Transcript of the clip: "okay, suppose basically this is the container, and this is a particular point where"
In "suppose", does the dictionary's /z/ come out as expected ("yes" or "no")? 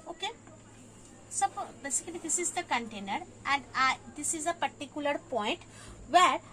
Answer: no